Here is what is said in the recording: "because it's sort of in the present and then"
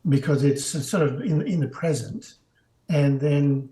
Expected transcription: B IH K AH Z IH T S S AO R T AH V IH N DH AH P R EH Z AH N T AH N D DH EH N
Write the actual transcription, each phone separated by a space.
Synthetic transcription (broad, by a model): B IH K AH Z IH T S S AO R T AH V IH N DH AH P R EH Z AH N T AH N DH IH N